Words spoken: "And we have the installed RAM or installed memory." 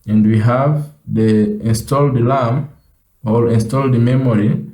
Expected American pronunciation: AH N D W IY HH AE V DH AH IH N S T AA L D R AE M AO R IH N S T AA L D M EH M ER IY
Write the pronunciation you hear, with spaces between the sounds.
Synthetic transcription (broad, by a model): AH N D W IY HH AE V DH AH IH N S T AA L D L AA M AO L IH N S T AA L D M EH M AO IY